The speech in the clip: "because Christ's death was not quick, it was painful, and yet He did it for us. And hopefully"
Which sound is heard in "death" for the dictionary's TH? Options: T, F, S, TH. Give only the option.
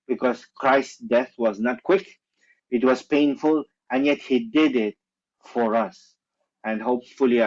TH